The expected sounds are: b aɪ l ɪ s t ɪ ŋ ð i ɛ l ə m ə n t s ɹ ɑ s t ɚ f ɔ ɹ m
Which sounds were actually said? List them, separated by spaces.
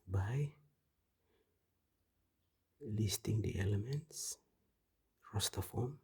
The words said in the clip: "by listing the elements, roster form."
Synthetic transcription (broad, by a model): b aɪ l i s t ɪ ŋ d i ɛ l ə m ə n t s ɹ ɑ s t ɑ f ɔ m